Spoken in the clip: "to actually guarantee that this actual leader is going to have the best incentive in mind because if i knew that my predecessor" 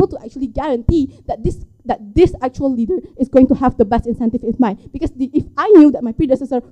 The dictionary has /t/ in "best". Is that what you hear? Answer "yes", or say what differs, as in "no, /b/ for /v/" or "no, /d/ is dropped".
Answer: yes